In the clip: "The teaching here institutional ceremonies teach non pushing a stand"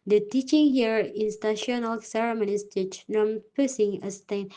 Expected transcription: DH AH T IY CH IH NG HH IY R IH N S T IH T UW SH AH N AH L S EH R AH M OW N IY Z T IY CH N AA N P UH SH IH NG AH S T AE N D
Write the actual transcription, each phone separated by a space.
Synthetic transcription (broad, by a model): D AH T IY CH IH NG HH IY R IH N S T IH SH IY AH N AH L S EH R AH M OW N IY S T IY CH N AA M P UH S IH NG AH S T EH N